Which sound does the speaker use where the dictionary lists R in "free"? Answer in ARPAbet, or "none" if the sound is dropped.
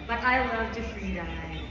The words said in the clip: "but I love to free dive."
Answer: L